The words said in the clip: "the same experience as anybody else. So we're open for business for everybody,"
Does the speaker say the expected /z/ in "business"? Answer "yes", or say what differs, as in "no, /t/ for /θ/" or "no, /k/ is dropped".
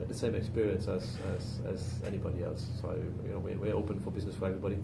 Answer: yes